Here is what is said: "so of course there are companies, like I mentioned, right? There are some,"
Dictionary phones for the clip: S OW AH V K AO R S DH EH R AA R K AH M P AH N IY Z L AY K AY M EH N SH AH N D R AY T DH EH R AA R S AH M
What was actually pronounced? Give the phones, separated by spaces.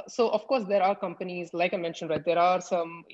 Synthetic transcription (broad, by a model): S OW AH F K AO R S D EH R AA R K AH M P AH N IY Z L AY K AY M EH N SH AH N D R AY T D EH R AA R S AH M